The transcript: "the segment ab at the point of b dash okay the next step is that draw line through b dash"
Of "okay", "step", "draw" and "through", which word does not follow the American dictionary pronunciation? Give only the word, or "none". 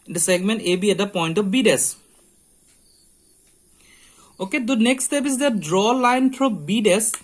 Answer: through